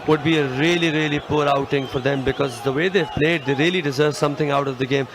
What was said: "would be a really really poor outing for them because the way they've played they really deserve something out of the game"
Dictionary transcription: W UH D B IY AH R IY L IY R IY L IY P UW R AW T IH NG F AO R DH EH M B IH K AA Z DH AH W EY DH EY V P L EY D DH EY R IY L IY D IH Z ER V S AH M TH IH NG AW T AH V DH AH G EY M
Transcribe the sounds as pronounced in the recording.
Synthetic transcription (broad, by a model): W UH D B IY AH R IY L IY R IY L IY P UW R AW T IH NG F AO R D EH M B IH K AA Z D AH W EY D EY P L EY D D EY R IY L IY D IH Z ER V S AH M T IH NG AW T AH V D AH G EY M